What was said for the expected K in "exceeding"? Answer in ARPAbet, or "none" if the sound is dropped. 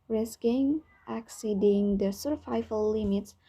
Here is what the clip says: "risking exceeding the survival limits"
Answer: K